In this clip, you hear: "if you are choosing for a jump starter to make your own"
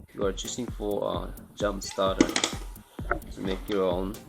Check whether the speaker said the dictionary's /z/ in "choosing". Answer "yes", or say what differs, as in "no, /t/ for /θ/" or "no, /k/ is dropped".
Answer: no, /s/ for /z/